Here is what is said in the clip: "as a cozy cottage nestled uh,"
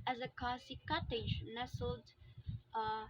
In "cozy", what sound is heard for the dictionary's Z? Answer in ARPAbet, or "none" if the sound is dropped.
S